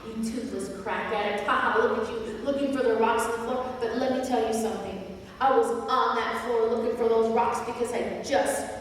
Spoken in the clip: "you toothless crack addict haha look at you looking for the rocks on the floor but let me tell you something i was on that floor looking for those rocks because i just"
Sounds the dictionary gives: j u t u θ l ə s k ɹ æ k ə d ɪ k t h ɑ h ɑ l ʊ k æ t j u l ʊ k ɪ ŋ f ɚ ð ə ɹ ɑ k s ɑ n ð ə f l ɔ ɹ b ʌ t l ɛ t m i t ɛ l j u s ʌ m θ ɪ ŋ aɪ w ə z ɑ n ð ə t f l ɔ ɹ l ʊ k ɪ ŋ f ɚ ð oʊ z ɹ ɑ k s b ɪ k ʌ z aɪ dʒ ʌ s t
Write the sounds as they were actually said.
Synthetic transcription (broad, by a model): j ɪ t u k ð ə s k ɹ æ k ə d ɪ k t h ɑ h ɑ l ʊ k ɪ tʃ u l ʊ k ɪ ŋ f ɚ ð ə ɹ ɑ k s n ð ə f l ɔ ɹ b ʌ t l ɛ t m i t ɛ l j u s ʌ m θ ɪ ŋ aɪ w ə z n ð ə t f l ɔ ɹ l ʊ k ɪ ŋ f ɚ ð oʊ z ɹ ɑ k s b ɪ k ʌ z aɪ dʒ ʌ s t